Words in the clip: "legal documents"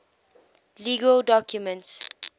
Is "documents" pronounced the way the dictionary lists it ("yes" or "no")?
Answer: yes